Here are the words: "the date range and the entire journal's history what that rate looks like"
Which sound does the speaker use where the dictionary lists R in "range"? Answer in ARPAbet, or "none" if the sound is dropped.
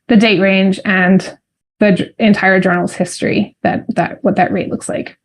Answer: R